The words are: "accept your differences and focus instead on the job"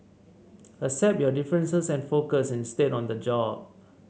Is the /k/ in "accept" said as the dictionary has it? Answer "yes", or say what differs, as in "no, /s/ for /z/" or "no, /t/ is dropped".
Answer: no, /k/ is dropped